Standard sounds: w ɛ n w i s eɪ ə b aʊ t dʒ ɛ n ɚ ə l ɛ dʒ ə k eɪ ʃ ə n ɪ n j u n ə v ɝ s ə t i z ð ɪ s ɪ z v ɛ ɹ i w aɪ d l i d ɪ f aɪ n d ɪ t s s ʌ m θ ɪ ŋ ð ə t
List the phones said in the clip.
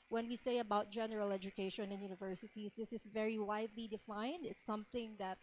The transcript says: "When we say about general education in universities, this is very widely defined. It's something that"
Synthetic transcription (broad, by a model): w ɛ n w i s eɪ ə b aʊ t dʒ ɛ n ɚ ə l ɛ dʒ ə k eɪ ʃ ə n ɪ n j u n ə v ɝ s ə t i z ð ɪ s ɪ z v ɛ ɹ i w aɪ d l i d ɪ f aɪ n d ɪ t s s ʌ m θ ɪ ŋ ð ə t